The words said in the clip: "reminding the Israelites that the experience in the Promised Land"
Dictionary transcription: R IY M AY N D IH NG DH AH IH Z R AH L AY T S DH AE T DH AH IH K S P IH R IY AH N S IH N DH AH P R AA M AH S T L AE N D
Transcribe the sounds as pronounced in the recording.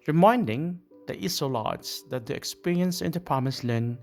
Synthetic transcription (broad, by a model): R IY M AY N D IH NG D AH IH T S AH L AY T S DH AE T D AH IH K S P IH R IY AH N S IH N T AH P AA M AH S L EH N